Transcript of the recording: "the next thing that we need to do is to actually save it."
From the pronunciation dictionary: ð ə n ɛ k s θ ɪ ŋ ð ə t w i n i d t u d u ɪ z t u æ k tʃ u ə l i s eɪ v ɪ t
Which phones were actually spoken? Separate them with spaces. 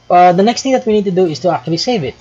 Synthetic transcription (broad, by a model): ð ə n ɛ k s t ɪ ŋ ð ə t w i n i d t u d u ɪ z t u æ k tʃ u ə l i s eɪ v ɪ t